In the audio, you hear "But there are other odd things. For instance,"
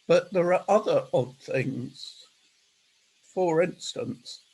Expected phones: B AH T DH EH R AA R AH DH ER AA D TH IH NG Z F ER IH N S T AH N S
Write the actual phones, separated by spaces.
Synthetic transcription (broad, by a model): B AH T DH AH R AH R AH DH ER AA D TH IH NG Z F ER IH N S T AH N S